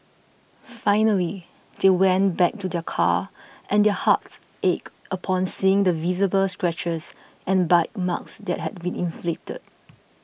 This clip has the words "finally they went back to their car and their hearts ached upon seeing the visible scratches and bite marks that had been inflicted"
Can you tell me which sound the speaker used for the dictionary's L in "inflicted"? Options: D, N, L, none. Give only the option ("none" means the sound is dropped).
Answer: L